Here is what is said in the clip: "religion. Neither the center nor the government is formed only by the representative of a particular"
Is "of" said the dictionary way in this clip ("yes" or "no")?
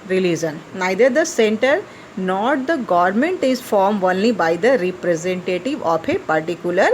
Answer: no